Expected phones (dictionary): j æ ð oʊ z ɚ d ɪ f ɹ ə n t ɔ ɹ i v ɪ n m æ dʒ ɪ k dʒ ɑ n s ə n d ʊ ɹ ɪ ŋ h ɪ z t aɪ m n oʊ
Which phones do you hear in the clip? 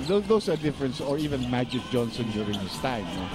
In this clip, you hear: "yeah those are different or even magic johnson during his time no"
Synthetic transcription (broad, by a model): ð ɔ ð oʊ s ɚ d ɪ f ɹ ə n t ɔ ɹ i v ɪ n m æ dʒ ɪ k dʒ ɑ n s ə n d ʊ ɹ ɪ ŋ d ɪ s t aɪ m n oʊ